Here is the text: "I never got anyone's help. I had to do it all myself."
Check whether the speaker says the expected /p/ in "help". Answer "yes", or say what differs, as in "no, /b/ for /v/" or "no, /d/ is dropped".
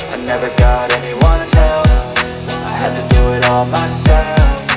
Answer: no, /f/ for /p/